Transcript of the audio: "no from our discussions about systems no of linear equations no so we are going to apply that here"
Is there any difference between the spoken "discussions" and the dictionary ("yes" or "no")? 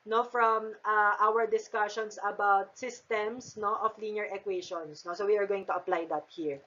yes